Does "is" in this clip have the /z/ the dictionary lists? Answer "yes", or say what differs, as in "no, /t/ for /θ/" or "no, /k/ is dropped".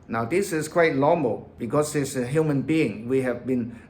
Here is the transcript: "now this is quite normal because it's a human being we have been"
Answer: no, /s/ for /z/